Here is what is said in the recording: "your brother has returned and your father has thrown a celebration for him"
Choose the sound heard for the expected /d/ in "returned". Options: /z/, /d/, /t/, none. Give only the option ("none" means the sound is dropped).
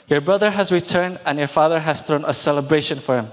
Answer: /d/